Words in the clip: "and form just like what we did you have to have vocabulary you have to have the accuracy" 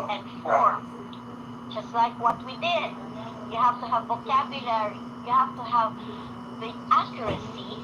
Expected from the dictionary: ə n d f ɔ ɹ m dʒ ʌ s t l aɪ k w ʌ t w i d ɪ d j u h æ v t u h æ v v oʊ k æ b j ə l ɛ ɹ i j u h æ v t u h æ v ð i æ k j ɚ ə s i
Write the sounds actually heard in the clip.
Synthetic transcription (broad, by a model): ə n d f ɔ ɹ m dʒ ʌ s t l aɪ k w ʌ t w i d ɪ d j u h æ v t u h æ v v oʊ k æ b j ə l ɛ ɹ i j u h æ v t u h æ v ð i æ k j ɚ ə s i